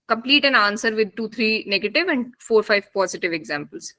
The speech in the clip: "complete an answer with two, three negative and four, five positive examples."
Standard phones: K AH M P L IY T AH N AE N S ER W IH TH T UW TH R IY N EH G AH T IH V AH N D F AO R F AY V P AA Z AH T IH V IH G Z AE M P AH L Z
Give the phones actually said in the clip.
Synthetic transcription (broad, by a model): K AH M P L IY T AH N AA N S ER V IH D T UW T R IY N EH G AH T IH V AH N D F AO R F AY V P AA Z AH T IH V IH G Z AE M P AH L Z